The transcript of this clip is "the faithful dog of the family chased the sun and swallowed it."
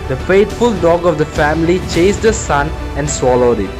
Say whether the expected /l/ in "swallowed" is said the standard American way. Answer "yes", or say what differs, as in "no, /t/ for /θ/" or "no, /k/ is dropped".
yes